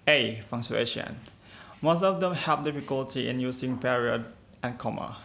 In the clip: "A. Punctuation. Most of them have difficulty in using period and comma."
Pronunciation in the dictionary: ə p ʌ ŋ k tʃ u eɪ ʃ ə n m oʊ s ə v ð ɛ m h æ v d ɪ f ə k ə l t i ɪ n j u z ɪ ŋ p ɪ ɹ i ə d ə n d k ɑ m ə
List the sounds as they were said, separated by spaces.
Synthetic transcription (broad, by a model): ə f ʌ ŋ tʃ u eɪ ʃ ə n m oʊ s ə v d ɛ m h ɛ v d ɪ f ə k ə l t i ɪ n j u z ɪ ŋ p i ɹ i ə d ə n k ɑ m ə